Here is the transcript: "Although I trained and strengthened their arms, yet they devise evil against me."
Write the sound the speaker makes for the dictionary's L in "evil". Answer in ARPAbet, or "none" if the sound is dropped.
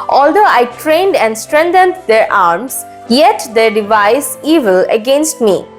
L